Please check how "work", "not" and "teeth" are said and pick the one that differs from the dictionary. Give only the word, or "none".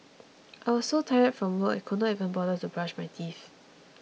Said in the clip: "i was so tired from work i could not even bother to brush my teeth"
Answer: work